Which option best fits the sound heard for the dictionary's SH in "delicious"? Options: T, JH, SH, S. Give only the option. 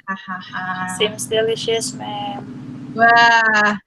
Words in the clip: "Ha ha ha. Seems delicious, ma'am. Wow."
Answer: SH